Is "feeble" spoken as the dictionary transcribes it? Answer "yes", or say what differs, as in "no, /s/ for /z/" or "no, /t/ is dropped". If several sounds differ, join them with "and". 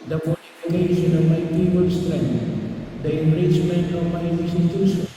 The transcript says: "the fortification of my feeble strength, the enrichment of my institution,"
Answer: no, /p/ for /f/